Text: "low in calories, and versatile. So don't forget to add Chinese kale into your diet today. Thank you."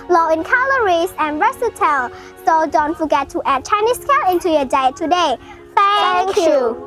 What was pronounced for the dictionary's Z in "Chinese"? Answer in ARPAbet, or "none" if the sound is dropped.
S